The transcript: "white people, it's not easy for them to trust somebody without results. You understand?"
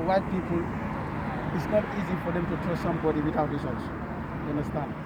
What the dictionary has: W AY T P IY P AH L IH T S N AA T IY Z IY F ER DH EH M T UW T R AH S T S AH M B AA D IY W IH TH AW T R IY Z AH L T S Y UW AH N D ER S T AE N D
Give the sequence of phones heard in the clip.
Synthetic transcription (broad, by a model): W AY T P IY P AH L IH T S N AA T IY Z IY F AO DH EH M T UW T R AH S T S AH M B AA D IY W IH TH AW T R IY S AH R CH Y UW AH N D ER S T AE N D